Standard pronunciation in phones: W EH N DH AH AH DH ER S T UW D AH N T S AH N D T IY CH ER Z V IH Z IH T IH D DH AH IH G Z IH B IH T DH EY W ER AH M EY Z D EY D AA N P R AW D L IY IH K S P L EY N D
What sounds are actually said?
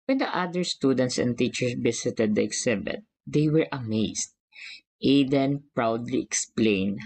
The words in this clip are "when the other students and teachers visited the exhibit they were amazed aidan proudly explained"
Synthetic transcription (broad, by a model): W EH N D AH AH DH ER S T UW D AH N T S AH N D T IY CH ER S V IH S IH T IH D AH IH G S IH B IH T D EY W ER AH M EY S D EY D AA N P R AW D L IY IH K S P L EY N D